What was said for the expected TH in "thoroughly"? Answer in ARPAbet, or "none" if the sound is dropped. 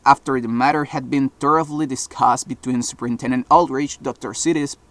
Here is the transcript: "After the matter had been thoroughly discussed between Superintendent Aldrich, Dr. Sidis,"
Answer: T